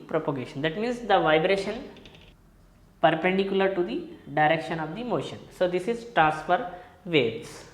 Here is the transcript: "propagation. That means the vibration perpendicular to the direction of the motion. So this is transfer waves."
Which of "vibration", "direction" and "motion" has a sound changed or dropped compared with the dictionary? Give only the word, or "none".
none